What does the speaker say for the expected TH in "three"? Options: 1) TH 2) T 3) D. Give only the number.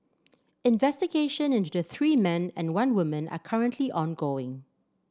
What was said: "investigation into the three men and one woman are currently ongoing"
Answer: 1